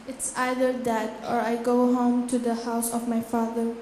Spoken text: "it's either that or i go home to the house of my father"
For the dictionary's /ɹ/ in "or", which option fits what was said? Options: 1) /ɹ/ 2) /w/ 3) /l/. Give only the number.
1